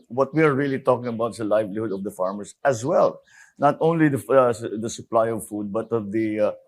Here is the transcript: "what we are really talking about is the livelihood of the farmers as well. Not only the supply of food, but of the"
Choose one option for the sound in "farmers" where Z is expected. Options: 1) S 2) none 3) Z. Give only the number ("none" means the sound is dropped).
1